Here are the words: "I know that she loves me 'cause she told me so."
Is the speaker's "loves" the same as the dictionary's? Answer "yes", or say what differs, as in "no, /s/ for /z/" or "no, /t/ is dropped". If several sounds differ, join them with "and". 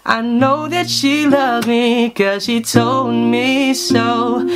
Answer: no, /z/ is dropped